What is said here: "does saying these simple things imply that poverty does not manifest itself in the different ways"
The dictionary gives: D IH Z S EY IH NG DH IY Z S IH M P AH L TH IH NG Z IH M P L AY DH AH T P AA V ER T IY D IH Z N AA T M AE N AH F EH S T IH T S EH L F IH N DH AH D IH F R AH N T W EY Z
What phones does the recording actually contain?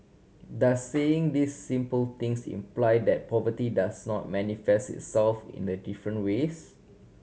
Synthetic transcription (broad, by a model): D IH S EY IH NG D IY S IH M P AH L T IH NG S IH M P L AY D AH T P AA V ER T IY D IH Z N AA T M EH N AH F EH S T IH T S EH L F IH N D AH D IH F R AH N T W EY S